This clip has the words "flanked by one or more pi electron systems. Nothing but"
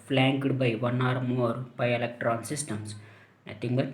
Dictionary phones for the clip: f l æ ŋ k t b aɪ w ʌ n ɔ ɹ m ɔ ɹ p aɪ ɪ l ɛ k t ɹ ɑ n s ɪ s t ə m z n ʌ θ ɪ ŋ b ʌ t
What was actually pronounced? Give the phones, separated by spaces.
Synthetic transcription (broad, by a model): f l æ ŋ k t b aɪ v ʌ n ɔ ɹ m ɔ ɹ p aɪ ɪ l ɛ k t ɹ ɑ n s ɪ s t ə m s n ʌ t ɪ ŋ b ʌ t